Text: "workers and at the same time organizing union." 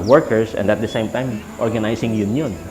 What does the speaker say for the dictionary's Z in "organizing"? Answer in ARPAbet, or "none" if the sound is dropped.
S